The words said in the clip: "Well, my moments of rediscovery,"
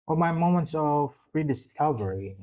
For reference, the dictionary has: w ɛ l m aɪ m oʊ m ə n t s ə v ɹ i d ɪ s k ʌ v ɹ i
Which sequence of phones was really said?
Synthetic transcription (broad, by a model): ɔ m aɪ m oʊ m ə n t s ə v ɹ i d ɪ s k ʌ v ɹ i